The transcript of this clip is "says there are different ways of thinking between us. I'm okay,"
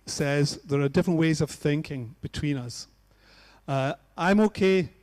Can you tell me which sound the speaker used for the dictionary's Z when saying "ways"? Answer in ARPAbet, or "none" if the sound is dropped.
Z